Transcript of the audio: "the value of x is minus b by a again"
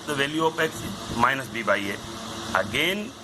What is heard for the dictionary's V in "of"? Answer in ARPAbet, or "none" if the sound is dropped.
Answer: P